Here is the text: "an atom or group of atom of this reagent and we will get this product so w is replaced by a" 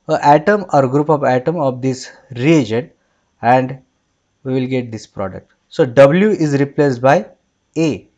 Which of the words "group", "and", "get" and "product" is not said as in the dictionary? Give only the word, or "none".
none